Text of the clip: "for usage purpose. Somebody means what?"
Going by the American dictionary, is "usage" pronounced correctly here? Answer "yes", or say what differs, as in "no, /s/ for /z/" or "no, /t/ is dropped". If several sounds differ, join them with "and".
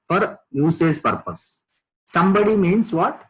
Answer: no, /z/ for /dʒ/